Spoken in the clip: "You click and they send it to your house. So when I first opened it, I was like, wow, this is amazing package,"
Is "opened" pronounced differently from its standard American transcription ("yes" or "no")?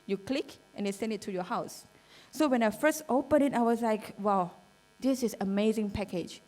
yes